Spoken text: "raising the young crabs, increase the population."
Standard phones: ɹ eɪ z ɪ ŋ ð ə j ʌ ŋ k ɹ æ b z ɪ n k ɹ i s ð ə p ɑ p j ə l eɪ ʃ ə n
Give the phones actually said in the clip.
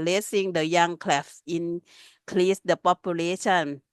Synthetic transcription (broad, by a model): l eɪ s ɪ ŋ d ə j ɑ ŋ k l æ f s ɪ n k l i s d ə p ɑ p j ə l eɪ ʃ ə n